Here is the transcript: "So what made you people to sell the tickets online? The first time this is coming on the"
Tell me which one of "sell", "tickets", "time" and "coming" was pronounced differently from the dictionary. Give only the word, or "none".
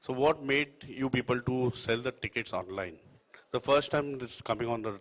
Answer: none